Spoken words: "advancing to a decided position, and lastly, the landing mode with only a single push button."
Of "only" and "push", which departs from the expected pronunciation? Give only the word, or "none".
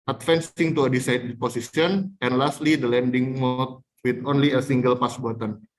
push